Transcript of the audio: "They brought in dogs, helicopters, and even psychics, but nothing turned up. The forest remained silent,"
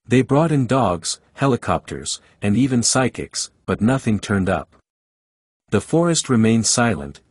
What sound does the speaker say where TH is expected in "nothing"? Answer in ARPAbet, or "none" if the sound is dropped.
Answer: TH